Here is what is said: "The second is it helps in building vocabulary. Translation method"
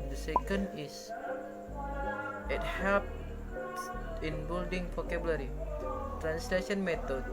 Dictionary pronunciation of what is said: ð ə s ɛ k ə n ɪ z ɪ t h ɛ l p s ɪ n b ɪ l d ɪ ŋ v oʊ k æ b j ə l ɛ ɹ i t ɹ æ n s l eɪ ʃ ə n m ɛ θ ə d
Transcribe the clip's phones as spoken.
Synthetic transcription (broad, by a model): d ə s ɛ k ə n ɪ s ɪ t h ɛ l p ɪ n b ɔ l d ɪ ŋ p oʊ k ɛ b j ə l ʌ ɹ i t ɹ æ n s l eɪ ʃ ə n m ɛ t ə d